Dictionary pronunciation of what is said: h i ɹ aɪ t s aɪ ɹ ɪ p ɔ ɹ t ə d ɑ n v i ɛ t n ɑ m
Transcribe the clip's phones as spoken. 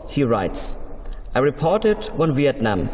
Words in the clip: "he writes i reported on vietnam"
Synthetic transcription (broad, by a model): h i ɹ aɪ t s aɪ ɹ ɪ p ɔ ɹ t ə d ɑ n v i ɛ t n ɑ m